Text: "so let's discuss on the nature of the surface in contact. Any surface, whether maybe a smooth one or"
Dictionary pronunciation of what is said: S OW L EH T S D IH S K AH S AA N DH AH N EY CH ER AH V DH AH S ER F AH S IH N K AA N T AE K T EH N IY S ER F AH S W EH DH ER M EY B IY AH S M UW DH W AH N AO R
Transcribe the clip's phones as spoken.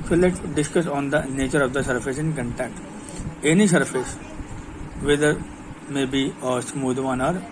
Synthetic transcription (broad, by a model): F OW L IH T D IH S K AH S AA N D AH N EY CH ER AH V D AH S ER F AH S IH N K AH N T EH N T EH N IY S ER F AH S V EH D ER M EY B IY AH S M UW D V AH N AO R